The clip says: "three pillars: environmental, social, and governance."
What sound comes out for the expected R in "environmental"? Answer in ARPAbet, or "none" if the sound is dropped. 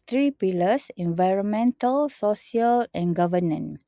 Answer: R